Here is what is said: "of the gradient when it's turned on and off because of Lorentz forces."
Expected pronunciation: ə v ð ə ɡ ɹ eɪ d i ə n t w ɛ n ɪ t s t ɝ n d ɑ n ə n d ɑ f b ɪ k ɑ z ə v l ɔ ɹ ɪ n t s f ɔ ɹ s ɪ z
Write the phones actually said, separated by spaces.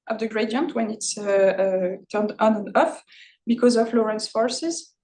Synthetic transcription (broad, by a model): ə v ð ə ɡ ɹ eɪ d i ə n t w ɛ n ɪ t s t ɝ n d ɑ n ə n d ɑ f b ɪ k ɑ z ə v l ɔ ɹ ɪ n s f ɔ ɹ s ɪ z